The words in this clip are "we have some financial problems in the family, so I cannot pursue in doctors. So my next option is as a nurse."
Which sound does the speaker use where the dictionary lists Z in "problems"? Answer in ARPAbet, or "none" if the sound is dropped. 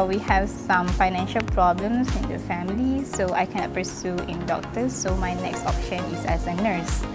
S